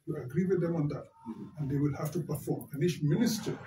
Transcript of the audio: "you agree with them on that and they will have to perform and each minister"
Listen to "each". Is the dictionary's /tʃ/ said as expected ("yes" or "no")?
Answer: no